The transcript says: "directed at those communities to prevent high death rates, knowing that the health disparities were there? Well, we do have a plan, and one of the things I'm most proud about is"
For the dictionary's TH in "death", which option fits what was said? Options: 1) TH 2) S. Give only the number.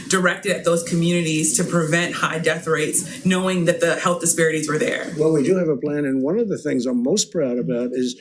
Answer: 1